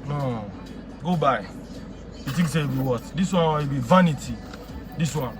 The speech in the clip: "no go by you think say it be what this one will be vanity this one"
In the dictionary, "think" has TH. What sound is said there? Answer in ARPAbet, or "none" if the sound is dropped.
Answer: T